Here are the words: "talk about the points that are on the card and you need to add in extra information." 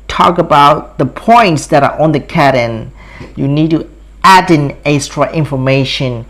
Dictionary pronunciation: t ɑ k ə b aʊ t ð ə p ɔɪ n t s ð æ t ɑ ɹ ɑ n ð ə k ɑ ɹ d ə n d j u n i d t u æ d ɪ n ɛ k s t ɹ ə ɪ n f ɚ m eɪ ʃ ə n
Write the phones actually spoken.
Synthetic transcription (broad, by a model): t ɑ k ə b aʊ t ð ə p ɔɪ n t s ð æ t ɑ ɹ ɑ n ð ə k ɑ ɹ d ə n j u n i d t u æ d ɪ n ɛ s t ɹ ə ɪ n f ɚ m eɪ ʃ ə n